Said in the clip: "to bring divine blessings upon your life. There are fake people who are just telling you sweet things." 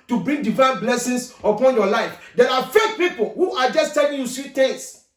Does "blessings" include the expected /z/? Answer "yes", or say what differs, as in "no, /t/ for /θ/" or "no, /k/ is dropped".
no, /s/ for /z/